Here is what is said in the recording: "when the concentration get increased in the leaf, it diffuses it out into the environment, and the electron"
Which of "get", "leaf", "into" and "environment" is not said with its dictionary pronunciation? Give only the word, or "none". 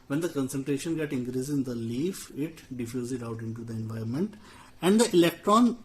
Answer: environment